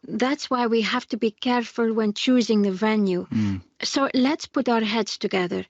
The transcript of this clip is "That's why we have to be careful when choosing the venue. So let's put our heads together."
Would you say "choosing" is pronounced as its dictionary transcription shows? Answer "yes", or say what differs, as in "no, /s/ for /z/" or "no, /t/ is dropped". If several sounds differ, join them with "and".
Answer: yes